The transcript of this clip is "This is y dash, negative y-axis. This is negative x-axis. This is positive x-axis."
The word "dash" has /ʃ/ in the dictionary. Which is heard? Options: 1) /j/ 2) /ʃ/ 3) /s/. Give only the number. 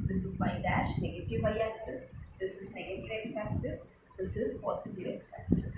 2